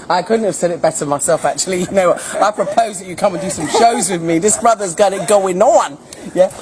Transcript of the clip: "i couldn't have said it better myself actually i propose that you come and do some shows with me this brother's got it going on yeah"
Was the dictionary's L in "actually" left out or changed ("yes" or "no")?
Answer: yes